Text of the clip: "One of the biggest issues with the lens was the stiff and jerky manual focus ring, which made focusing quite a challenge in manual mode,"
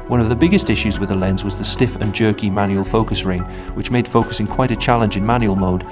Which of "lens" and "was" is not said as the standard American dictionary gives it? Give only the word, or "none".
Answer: none